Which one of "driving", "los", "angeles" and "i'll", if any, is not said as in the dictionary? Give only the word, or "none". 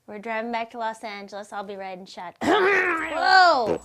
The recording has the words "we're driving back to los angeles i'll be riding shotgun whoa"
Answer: none